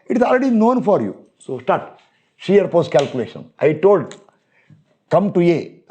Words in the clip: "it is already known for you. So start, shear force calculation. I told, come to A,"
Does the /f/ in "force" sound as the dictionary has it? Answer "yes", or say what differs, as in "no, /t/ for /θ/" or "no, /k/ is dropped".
no, /p/ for /f/